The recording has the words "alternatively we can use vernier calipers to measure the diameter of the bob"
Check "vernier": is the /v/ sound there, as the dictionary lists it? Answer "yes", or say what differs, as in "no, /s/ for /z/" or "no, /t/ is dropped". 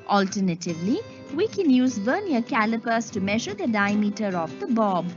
no, /b/ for /v/